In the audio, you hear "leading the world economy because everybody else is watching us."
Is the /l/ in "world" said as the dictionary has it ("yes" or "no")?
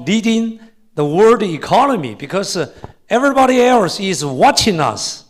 no